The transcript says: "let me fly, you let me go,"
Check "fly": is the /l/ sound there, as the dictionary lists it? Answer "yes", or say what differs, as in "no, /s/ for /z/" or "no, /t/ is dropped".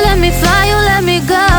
no, /l/ is dropped